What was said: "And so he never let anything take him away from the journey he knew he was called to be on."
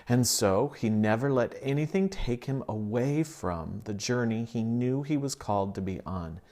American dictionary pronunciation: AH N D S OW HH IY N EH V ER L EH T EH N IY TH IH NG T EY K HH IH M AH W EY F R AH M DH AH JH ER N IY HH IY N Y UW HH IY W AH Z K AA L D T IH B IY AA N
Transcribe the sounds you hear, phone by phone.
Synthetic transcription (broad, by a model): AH N S OW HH IY N EH V ER L EH T EH N IY TH IH NG T EY K HH IH M AH W EY F R AH M DH AH JH ER N IY IY N Y UW IY W AH Z K AA L D T IH B IY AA N